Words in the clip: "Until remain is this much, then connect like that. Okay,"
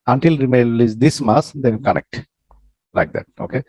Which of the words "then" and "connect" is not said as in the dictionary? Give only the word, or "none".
then